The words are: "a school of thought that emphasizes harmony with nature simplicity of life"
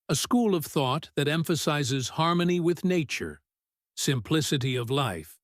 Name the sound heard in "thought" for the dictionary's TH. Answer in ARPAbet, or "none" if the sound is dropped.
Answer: TH